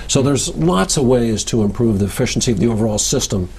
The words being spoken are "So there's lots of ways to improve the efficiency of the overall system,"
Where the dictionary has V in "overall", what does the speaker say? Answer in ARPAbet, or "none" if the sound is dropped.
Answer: V